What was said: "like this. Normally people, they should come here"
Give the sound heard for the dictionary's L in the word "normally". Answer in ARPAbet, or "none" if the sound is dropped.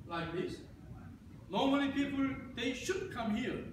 N